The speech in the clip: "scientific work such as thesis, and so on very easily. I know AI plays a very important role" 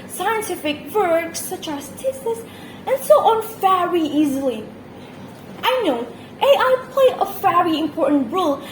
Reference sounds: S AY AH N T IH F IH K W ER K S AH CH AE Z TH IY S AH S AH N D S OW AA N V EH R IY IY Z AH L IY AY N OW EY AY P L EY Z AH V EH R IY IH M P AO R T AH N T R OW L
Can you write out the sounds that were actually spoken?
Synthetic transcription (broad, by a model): S AY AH N T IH F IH K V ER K S AH CH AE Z T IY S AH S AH N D S OW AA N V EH R IY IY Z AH L IY AY N OW EY AY P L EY AH V EH R IY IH M P AO R T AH N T R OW L